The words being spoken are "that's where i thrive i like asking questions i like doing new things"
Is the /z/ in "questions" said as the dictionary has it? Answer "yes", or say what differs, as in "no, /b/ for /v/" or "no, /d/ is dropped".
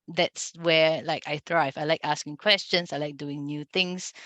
no, /s/ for /z/